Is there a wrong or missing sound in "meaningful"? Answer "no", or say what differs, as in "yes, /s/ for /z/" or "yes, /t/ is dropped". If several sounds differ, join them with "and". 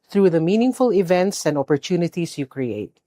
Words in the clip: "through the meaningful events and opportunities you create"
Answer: no